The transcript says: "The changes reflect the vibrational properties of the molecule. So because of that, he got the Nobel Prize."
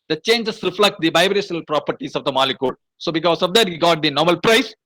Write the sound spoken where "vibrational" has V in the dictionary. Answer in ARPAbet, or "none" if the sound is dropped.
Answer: B